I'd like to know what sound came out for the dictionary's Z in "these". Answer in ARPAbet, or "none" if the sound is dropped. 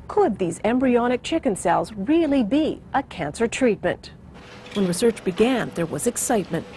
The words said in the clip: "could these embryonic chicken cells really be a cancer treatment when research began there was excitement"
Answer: Z